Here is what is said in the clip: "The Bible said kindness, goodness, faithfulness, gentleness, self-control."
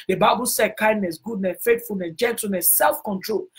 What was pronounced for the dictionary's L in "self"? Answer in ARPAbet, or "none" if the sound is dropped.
L